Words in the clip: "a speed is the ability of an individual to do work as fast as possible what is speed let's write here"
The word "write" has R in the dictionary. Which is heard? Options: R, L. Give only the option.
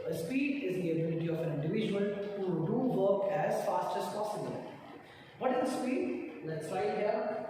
L